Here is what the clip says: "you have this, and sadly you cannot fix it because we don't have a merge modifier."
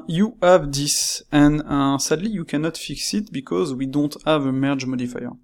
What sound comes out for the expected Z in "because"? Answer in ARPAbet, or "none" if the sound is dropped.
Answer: Z